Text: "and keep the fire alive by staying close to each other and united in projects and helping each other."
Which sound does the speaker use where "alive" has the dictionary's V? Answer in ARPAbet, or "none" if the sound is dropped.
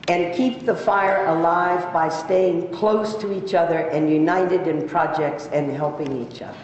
V